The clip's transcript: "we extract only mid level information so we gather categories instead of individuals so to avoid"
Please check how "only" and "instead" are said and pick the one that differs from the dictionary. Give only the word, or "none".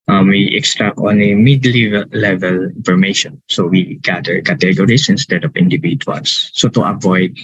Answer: only